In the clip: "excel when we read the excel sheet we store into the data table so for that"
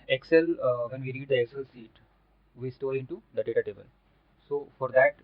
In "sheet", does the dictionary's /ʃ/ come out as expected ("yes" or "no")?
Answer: no